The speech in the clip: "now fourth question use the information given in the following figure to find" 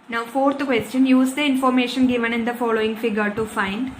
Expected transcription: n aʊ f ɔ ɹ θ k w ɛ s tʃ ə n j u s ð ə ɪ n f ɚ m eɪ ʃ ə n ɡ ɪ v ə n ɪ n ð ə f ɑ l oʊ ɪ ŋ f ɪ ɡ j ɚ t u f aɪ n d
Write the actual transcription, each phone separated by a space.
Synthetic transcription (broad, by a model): n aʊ f ɔ ɹ t k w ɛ s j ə n j u s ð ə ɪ n f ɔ m eɪ ʃ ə n ɡ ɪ v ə n ɪ n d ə f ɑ l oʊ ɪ ŋ f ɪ ɡ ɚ t u f aɪ n d